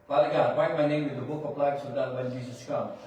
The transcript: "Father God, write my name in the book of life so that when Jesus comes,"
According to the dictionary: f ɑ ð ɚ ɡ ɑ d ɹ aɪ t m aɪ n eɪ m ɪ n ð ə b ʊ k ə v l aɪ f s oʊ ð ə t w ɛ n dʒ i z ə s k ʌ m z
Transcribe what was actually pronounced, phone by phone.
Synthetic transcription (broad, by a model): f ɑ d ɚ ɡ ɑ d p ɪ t m aɪ n eɪ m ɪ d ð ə b ʊ k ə p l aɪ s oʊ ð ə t w ɛ n dʒ i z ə s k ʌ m